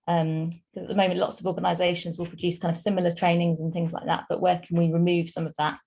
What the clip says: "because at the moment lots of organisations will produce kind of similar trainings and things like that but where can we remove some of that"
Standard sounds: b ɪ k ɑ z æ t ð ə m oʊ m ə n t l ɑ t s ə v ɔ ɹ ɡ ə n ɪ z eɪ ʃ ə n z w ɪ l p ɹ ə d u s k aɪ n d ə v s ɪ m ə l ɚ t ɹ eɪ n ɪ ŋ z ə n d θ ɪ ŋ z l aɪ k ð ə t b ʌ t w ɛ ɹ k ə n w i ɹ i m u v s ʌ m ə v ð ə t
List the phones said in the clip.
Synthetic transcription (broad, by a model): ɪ k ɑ z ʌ t ð ə m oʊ m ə n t l ɑ t s ə v ɔ ɡ ə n ɪ z eɪ ʃ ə n z w ɪ l p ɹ ə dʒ u s k aɪ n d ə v s ɪ m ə l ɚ t ɹ eɪ n ɪ ŋ z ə n θ ɪ ŋ z l aɪ k ð ə t b ʌ t w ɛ k ə n w i ɹ i m u v s ʌ m ə v ð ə t